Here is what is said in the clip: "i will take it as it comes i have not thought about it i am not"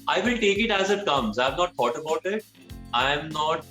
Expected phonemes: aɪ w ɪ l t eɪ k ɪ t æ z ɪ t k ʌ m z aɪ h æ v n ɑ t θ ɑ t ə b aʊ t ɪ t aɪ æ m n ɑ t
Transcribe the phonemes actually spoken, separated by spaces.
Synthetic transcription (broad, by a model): aɪ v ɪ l t eɪ k ɪ t æ z ɪ t k ʌ m z aɪ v n ɑ t t ɑ t ə b aʊ t ɪ t aɪ m n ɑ t